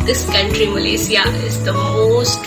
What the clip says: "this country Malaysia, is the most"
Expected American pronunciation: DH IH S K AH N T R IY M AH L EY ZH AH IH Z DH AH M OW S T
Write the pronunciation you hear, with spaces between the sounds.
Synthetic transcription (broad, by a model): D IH S K AH N T R IY M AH L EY S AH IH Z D AH M OW S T